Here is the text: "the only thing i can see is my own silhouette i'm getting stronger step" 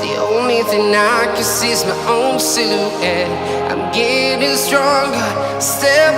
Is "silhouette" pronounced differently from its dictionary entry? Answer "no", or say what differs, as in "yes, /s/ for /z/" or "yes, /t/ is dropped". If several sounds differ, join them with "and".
yes, /l/ is dropped and /t/ is dropped